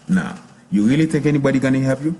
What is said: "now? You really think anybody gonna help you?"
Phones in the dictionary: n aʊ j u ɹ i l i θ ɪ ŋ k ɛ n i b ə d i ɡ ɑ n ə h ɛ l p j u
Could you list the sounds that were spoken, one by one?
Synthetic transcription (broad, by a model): n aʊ j u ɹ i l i t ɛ k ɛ n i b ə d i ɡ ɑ n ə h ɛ p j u